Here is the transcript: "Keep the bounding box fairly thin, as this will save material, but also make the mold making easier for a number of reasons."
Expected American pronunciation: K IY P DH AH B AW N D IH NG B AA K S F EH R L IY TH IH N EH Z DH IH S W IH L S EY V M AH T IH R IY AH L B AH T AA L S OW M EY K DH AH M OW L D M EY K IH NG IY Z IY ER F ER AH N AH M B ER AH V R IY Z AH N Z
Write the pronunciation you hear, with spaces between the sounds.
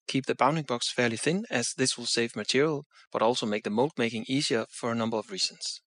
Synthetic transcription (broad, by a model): K IY P DH AH B AW N D IH NG B AA K S F EH R L IY TH IH N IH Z DH IH S W IH L S EY V M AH T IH R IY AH L B AH T AA L S OW M EY K DH AH M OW L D M EY K IH NG IY Z IY ER F ER AH N AH M B ER AH V R IY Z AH N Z